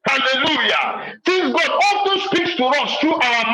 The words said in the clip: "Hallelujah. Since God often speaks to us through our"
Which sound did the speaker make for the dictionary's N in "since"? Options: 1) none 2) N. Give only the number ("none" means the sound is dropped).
1